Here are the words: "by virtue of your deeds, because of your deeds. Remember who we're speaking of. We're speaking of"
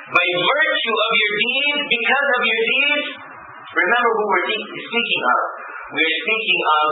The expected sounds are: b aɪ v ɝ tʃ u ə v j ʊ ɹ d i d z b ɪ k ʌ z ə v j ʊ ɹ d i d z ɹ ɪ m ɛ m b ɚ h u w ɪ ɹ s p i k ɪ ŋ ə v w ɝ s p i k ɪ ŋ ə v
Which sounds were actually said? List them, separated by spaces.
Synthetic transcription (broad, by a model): b aɪ v ɝ tʃ u ə v j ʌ ɹ d i d z b ɪ k ʌ z ə v j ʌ ɹ d i d z ɹ ɪ m ɛ m b ɚ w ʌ w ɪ ɹ s p i k ɪ ŋ ə v w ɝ s p i k ɪ ŋ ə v